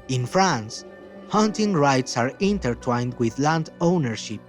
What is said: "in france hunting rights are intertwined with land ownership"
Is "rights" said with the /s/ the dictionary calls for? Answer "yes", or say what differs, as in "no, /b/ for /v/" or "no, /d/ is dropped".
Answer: yes